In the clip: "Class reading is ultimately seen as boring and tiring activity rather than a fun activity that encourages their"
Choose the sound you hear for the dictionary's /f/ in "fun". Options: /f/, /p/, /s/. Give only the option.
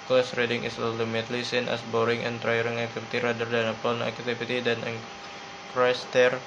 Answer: /p/